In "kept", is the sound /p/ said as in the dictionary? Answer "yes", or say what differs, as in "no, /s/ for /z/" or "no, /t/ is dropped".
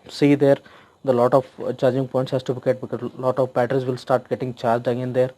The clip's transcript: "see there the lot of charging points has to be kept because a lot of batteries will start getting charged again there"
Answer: no, /p/ is dropped